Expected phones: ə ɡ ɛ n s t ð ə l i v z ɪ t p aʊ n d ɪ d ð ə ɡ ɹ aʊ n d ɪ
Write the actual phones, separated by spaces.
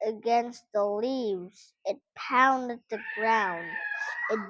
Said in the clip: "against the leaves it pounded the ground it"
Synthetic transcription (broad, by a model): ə ɡ ɛ n s t ð ə l i v z ɪ t p aʊ n d ɪ d ð ə ɡ ɹ aʊ n d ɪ